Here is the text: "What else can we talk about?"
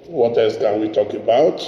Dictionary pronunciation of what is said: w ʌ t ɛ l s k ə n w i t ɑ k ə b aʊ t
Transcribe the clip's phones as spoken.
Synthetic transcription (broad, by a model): w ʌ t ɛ s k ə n w i t ɑ k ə b aʊ t